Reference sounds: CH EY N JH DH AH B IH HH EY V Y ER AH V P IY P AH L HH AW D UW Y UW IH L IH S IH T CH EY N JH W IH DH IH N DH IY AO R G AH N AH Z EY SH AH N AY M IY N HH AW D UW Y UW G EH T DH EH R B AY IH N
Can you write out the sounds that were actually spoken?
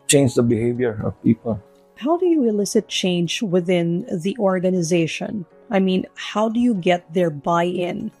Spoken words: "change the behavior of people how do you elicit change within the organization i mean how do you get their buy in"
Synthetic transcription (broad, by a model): CH EY N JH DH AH B IH HH EY V Y ER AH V P IY P AH L HH AW D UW Y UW IH L IH S IH T CH EY N JH W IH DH IH N DH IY AO R G AH N AH Z EY SH AH N AY M IY N HH AW D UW Y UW G EH T DH EH R B AY IH N